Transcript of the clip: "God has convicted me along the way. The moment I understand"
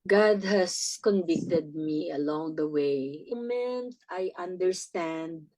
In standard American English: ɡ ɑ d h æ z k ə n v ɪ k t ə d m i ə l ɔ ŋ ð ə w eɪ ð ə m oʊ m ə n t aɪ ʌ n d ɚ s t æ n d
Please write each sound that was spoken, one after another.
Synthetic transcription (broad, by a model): ɡ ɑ d h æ s k ə n v ɪ k t ə d m i ə l ɔ ŋ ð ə w eɪ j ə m m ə n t aɪ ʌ n d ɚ s t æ n d